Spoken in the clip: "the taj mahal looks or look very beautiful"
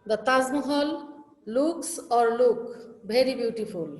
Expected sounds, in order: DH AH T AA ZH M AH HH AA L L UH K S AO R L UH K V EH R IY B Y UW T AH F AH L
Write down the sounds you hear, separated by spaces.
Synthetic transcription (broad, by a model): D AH T AA Z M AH HH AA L L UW K S AO R L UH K B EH R IY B Y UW T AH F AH L